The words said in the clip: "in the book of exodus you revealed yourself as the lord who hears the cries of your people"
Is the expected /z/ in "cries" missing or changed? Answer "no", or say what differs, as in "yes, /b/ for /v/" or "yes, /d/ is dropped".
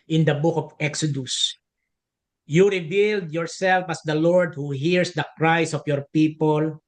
yes, /s/ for /z/